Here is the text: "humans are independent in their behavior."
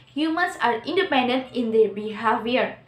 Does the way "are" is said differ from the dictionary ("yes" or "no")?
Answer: no